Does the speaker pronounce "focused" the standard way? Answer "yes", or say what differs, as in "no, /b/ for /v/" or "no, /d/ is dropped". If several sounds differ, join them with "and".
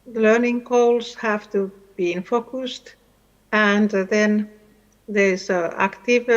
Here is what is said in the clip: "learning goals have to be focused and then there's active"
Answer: yes